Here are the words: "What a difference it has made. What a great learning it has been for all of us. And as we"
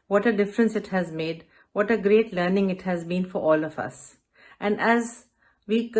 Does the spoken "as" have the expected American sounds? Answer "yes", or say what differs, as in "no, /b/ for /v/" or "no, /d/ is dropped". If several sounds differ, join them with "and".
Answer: yes